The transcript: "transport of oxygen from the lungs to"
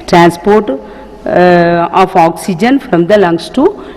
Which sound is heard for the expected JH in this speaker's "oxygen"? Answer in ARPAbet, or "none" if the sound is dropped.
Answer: JH